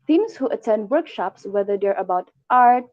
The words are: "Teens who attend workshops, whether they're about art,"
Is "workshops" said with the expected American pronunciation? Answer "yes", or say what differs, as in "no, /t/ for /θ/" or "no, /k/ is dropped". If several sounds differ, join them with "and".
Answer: yes